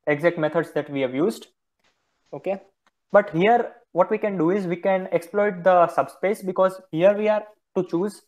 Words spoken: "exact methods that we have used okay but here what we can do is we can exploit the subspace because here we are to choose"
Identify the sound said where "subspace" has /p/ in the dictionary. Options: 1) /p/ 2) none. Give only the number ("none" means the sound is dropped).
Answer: 1